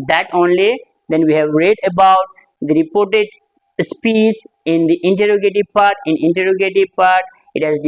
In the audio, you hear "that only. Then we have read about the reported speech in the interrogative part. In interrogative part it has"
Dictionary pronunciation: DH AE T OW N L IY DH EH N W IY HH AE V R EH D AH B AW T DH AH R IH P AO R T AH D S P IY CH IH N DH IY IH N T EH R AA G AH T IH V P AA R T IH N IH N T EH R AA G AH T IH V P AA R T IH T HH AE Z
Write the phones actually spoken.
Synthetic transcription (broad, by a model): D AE T OW N L IY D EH N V IY HH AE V R EH D AH B AW T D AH R IH P AO R T AH D S P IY S IH N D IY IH N T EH R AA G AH T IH P AA R T IH N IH N T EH R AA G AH T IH P AA R T IH T HH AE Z